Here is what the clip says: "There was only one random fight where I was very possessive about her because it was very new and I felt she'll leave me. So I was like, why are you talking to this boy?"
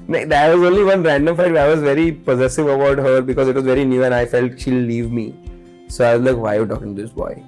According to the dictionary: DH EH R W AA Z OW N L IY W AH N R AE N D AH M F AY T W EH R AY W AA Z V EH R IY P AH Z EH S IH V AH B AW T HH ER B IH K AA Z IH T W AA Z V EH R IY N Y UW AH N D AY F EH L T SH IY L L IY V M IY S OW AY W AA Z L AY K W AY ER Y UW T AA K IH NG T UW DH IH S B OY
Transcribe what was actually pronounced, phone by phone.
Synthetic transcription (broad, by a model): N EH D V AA Z OW N L IY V AH N R AE N D AH M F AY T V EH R AY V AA Z V EH R IY P AH Z EH S IH V AH B AW T HH ER B IH K AA Z IH T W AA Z V EH R IY N Y UW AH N AY F EH L T SH IY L L IY V M IY S OW AY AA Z L AY K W AY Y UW T AA K IH NG T UW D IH S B OY